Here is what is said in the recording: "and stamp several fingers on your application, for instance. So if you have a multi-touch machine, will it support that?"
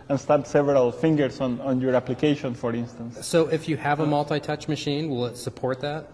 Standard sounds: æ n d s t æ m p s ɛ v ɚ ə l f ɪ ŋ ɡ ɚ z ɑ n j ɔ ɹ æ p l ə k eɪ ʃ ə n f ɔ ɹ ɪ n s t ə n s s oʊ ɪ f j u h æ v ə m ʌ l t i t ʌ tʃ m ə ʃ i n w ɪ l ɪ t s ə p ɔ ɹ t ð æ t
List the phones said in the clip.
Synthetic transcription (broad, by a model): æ n s t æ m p s ɛ v ɚ ə l f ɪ ŋ ɡ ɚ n ɑ n j ɔ ɹ æ p l ə k eɪ ʃ ə n f ɔ ɹ ɪ n s t ə n s s oʊ ɪ f j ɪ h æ v ə m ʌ l t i t ʌ tʃ m ə ʃ i n w ɪ l ɪ t s ə p ɔ ɹ t ð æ t